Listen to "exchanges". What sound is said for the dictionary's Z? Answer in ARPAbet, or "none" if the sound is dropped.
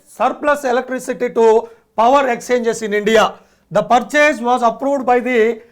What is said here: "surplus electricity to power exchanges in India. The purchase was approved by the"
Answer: S